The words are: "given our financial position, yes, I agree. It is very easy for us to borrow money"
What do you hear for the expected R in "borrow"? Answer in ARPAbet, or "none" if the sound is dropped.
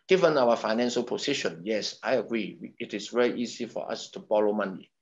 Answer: L